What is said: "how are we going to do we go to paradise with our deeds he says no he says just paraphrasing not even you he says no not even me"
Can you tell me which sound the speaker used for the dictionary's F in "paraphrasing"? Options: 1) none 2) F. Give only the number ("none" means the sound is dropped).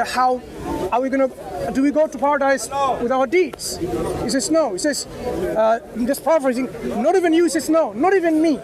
1